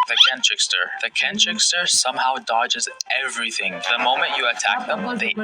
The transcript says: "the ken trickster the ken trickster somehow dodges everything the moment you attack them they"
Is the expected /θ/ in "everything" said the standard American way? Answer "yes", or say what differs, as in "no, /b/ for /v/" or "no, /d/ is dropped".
yes